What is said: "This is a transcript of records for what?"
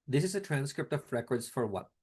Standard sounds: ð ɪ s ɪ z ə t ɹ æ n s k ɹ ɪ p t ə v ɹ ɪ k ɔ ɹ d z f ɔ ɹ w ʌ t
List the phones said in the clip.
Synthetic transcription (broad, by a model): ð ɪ s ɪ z ə t ɹ æ n s k ɹ ɪ p t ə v ɹ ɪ k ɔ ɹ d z f ɔ ɹ w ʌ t